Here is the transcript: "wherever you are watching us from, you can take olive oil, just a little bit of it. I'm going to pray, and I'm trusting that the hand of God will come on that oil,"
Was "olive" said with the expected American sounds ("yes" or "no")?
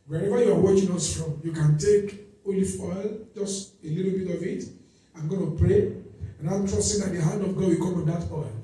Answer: no